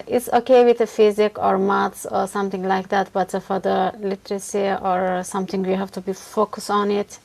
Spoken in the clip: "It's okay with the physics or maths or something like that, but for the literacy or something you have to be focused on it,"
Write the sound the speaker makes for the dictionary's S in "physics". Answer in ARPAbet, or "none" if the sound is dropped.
none